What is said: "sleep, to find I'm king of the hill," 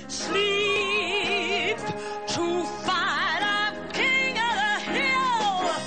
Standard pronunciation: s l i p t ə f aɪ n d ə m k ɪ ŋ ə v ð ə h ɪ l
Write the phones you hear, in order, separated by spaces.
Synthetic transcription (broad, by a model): s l i p t ə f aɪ d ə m k ɪ ŋ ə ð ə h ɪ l